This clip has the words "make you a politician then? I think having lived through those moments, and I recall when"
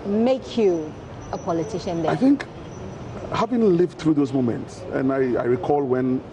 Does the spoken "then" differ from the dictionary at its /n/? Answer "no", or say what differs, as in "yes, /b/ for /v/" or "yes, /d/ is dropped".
yes, /n/ is dropped